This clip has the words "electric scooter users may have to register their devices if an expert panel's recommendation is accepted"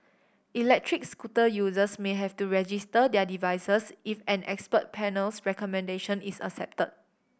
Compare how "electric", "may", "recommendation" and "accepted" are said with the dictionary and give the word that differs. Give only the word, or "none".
accepted